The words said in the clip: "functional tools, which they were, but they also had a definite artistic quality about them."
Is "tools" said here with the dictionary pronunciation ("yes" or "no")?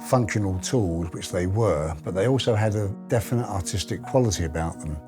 yes